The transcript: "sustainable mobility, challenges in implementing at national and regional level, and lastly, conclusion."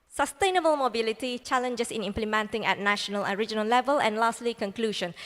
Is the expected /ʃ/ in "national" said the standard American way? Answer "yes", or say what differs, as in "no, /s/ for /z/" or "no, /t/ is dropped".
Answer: yes